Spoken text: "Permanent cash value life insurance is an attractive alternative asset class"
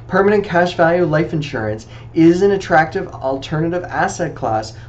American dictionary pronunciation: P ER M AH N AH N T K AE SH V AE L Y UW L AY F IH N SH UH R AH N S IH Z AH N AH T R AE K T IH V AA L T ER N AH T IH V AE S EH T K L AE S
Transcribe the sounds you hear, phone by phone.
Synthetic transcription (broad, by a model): P ER M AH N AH N K AE SH V AE L Y UW L AY F IH N SH UH R AH N S IH Z AH N AH T R AE K T IH V L T ER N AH T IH V AE S EH T K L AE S